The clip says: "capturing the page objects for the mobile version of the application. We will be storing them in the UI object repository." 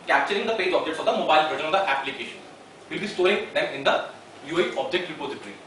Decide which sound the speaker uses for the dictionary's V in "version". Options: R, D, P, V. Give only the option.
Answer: P